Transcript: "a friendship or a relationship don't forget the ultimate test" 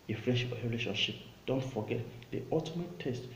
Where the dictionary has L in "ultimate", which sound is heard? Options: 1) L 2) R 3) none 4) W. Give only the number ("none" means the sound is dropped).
3